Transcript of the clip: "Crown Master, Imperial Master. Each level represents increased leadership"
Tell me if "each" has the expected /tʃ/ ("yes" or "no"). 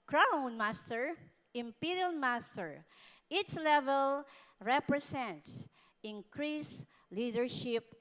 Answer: no